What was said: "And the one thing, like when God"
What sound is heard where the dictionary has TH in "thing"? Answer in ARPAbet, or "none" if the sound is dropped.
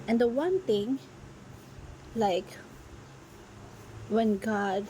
T